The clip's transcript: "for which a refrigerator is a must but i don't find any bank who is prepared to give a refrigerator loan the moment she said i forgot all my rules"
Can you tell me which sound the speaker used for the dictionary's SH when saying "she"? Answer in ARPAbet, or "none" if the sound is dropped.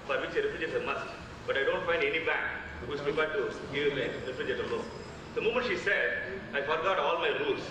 SH